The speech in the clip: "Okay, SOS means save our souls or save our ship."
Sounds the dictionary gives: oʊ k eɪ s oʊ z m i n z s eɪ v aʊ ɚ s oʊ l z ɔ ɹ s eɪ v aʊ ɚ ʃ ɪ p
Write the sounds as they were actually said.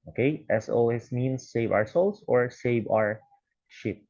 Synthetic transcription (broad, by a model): oʊ k eɪ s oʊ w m i n s eɪ v aʊ ɚ s oʊ l s ɔ ɹ s eɪ v aʊ ɚ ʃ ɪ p